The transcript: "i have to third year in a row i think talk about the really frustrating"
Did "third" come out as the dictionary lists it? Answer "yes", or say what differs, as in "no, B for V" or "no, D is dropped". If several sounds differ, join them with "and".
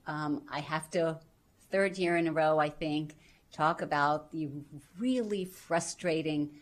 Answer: yes